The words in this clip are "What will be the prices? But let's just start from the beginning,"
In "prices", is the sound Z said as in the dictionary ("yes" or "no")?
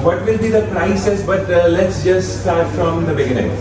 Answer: no